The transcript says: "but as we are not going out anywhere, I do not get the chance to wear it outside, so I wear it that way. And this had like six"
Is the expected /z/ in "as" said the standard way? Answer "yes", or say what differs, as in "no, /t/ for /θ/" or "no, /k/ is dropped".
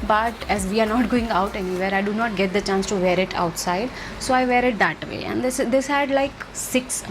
yes